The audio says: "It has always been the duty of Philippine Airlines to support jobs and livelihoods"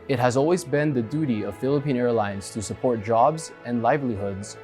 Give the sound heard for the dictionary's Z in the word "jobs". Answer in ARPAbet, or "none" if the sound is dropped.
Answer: Z